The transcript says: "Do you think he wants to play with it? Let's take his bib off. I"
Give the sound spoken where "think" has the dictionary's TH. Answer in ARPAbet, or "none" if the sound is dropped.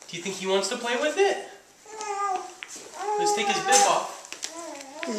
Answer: TH